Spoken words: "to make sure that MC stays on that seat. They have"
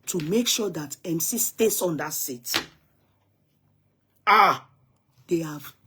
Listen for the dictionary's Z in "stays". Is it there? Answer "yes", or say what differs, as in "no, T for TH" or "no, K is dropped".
no, S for Z